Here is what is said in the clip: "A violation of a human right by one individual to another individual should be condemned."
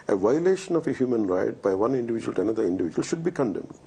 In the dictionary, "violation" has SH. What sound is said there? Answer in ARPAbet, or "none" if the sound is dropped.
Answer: SH